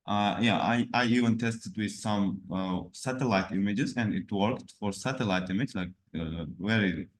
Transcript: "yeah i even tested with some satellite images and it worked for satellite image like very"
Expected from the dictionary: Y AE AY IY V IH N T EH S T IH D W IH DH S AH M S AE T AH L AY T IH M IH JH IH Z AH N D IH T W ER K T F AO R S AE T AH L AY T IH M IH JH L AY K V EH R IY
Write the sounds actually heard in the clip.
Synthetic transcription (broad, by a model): Y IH AY IY V IH N T EH S T IH D W IH DH S AH M S AE T AH L AY T IH M IH JH IH Z AH N D IH T W ER K T F AO R S AE T AH L AY T IH M IH JH L AY K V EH R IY